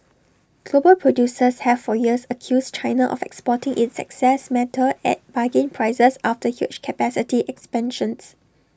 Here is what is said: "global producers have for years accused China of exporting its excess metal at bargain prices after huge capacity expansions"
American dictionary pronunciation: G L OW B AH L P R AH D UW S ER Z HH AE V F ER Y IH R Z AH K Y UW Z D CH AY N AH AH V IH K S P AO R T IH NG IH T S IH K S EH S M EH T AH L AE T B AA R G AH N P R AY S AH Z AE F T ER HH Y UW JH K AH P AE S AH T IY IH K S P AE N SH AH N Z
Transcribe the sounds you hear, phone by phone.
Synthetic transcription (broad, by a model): G L OW B AH L P R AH D UW S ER S HH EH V F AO Y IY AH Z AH K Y UW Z CH AY N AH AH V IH K S P AO T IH NG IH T S IH K S EH S M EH T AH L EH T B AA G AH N P R AY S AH S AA F T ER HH Y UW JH K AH P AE S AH T IY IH K S P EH N SH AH N S